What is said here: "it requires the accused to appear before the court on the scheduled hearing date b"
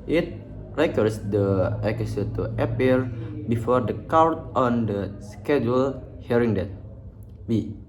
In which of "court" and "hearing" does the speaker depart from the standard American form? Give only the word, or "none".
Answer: court